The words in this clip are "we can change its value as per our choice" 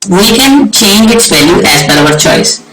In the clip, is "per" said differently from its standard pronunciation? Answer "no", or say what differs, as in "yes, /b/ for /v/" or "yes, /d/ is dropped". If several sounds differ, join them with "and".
yes, /b/ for /p/